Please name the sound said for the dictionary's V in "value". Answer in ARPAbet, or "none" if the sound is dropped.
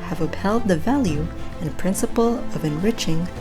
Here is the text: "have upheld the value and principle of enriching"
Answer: V